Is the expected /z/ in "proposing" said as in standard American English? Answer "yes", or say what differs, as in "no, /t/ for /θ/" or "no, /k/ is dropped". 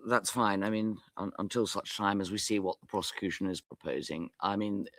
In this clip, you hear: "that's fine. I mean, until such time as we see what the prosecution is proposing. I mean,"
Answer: yes